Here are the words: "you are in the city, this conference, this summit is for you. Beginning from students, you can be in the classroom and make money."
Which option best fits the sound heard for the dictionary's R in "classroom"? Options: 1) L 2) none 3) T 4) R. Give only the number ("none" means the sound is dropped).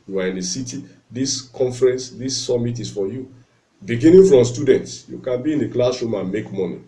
2